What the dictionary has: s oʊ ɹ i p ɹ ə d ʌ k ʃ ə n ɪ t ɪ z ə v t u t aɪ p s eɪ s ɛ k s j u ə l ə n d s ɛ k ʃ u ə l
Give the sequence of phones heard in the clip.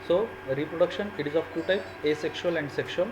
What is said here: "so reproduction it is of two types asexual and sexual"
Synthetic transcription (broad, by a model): s oʊ ɹ i p ɹ ə d ʌ k ʃ ə n ɪ t ɪ z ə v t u t aɪ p eɪ s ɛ k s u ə l ə n d s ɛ k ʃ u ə l